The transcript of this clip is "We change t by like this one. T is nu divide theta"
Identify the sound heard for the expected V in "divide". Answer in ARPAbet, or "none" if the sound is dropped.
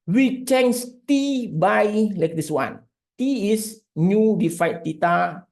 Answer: F